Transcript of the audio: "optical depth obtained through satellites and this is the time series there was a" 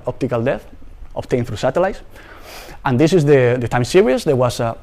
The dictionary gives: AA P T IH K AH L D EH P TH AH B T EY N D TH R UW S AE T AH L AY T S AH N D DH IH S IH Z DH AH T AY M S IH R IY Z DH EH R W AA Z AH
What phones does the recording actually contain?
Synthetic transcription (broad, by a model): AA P T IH K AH L D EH TH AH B T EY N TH R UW S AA T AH L AY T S AH N D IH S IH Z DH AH T AY M S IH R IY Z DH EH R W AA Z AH